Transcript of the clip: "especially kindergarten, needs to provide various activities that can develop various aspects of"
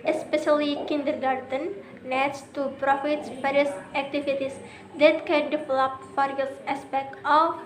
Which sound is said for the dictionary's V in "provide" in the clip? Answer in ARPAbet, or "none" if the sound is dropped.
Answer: F